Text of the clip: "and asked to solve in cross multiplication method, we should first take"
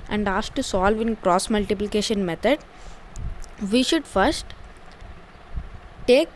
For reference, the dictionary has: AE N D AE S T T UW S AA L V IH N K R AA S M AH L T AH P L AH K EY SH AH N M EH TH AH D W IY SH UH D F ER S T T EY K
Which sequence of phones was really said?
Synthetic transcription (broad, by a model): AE N D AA S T T UW S AA L V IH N K R AA S M AH L T AH P L AH K EY SH AH N M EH T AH D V IY SH UH D F ER S T T EY K